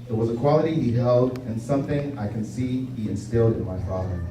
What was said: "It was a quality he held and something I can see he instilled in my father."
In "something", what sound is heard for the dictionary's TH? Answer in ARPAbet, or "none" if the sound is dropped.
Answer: TH